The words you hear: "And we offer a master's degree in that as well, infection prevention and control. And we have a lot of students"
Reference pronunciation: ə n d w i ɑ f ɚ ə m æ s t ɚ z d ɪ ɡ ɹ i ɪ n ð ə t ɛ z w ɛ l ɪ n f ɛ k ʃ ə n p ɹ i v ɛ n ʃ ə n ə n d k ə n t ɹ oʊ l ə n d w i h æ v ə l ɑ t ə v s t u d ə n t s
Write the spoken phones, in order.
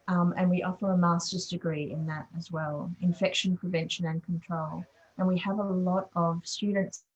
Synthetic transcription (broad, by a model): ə n w i ɑ f ɚ ə m æ s t ɚ z d ɪ ɡ ɹ i ɪ n ð ə t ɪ z w ɛ l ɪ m f ɛ k ʃ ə n p ɹ i v ɛ n ʃ ə n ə n k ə n t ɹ oʊ l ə n w i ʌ v ə l ɑ t ə v s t u d n t s